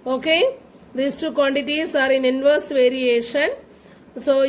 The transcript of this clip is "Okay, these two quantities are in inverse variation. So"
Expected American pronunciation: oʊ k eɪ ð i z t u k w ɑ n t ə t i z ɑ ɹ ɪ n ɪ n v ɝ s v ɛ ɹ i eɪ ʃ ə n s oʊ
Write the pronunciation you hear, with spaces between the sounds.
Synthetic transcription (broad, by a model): oʊ k eɪ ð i s t u k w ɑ n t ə t i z ɑ ɹ ɪ n ɪ n v ɝ s v ɛ ɹ i eɪ ʃ ə n s oʊ